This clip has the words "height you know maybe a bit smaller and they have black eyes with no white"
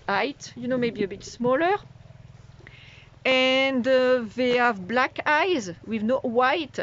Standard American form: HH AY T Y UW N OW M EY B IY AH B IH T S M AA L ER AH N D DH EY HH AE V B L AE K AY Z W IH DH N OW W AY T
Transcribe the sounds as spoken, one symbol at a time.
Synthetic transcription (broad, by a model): AY T Y UW N OW M EY B IY AH B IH T S M AA L ER AH N D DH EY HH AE V B L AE K AY Z W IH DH N OW W AY T